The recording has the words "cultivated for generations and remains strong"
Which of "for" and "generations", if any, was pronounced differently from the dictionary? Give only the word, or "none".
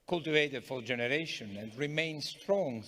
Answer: generations